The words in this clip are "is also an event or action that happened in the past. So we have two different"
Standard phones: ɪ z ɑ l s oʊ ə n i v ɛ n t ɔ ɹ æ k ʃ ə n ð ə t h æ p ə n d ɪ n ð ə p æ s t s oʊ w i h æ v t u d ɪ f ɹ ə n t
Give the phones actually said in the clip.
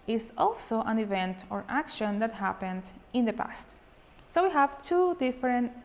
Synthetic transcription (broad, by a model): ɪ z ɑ l s oʊ ə n i v ɛ n t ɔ ɹ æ k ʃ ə n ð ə t h æ p ə n d ɪ n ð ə p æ s t s oʊ w i h æ v t u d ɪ f ɹ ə n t